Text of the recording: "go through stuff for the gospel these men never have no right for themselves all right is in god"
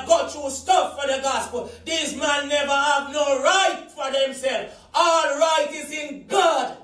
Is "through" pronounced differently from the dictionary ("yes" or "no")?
yes